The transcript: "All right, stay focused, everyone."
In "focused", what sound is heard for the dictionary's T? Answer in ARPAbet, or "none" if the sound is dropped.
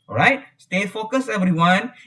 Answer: none